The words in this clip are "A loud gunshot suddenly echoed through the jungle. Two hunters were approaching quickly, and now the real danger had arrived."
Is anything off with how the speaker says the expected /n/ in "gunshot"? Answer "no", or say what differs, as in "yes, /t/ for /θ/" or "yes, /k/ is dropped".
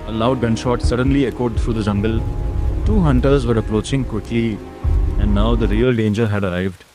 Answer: no